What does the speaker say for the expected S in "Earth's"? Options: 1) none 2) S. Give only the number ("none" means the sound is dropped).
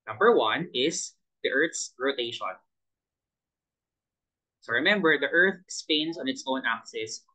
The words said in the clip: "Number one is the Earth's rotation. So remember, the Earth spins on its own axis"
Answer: 2